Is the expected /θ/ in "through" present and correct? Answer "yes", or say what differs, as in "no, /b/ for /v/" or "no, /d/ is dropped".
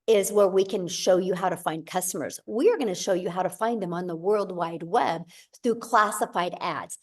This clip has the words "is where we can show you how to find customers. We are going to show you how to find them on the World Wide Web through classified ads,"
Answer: yes